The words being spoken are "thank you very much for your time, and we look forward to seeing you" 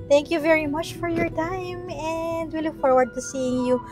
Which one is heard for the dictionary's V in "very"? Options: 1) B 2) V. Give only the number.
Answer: 2